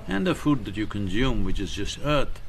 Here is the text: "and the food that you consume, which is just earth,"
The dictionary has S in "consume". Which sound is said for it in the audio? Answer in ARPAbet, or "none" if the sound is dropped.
S